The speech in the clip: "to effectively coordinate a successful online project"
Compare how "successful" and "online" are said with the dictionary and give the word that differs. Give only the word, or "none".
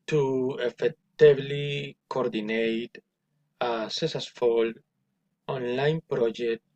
successful